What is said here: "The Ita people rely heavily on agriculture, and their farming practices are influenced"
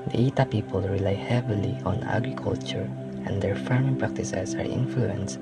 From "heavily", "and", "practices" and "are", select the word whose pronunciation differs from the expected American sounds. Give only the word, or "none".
practices